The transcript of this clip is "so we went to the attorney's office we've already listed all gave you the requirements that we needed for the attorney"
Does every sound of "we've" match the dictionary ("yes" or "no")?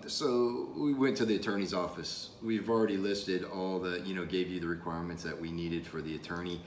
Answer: yes